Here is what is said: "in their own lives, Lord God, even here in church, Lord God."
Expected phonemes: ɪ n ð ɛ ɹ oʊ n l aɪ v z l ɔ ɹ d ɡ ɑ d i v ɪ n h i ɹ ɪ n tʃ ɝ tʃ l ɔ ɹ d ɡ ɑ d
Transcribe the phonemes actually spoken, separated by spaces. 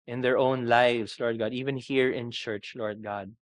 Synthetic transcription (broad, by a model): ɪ n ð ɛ ɹ oʊ n l aɪ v s l ɔ ɹ d ɡ ɑ d i v ɪ n h i ɹ ɪ n tʃ ɝ tʃ l ɔ ɹ d ɡ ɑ d